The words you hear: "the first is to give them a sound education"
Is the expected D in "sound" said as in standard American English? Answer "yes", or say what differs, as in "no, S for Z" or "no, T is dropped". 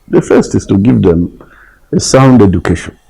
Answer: yes